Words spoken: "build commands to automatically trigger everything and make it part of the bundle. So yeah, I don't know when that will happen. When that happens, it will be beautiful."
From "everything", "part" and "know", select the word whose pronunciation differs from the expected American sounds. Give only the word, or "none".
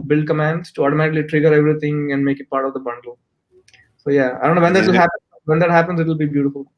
everything